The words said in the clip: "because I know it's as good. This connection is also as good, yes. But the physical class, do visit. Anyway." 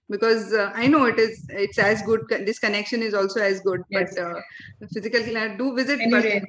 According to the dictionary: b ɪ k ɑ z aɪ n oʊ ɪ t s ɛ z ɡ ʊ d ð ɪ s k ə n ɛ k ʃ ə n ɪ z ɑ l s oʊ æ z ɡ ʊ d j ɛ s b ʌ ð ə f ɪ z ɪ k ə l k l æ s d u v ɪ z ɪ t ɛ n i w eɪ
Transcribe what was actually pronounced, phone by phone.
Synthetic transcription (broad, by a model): b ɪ k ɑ z aɪ n oʊ ɪ t s ɛ z ɡ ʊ d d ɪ s k ə n ɛ k ʃ ə n ɪ z ɑ l s oʊ æ z ɡ ʊ d b ʌ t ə f ɪ z ɪ k ə l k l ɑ d u v ɪ z ɪ t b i